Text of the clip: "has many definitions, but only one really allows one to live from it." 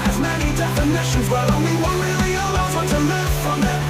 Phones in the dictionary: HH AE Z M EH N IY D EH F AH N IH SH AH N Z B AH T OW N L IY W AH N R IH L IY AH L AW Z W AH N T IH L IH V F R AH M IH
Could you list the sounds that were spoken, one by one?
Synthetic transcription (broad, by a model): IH Z M EH N IY D EH F AH N IH SH AH N Z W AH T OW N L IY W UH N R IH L IY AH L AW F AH T IH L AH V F R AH M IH